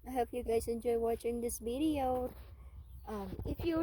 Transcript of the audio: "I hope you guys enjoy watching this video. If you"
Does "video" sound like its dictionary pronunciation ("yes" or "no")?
no